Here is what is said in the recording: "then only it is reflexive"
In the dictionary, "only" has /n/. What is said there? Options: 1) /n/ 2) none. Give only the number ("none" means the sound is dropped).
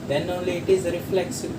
2